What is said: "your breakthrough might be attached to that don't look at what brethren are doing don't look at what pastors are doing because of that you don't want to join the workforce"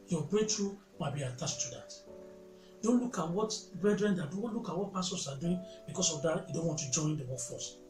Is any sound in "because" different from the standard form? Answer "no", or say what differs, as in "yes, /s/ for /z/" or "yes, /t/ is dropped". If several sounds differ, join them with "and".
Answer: yes, /s/ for /z/